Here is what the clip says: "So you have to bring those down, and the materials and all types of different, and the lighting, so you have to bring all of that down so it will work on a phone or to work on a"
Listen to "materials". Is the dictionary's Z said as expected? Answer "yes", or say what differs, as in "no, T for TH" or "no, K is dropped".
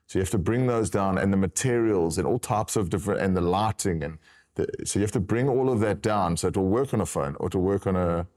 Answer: yes